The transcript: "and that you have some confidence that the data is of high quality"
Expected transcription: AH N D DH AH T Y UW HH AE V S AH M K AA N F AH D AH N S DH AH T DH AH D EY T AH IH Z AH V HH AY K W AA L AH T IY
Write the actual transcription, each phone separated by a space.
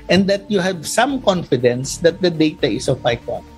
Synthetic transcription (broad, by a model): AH N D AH T Y UW HH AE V S AH M K AA N F AH D AH N S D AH T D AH D EY T AH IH S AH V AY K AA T